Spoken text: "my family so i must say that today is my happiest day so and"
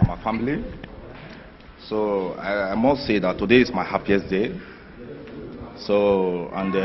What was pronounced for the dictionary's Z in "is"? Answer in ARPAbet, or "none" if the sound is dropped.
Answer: S